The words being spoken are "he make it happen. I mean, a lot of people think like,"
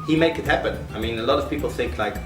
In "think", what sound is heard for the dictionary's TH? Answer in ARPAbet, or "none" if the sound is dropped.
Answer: TH